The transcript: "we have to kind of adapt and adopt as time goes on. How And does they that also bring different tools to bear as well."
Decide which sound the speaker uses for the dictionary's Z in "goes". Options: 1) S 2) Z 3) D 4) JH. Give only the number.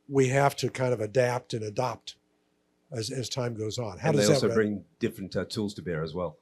2